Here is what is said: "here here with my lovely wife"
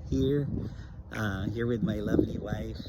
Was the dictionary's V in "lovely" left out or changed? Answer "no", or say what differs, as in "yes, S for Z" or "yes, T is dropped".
no